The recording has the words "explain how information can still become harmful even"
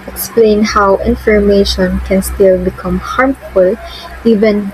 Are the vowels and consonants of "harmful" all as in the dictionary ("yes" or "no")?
yes